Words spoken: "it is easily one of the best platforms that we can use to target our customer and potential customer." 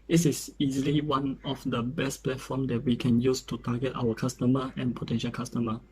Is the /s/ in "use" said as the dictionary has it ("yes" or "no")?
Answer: yes